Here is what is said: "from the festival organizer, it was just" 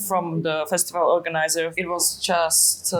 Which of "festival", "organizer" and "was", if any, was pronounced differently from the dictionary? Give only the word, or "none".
none